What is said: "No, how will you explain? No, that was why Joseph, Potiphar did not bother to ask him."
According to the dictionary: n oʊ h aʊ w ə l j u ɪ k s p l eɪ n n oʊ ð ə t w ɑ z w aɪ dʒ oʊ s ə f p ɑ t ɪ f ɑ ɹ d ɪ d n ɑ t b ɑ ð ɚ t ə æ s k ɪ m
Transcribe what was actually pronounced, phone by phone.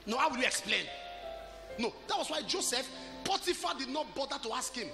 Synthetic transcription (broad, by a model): n oʊ h aʊ w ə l j u ɪ k s p l eɪ n n oʊ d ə t w ɑ s w aɪ dʒ oʊ s ə f p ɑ t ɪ f ɑ d ɪ d n ɑ t b ɑ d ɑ t ə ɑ s k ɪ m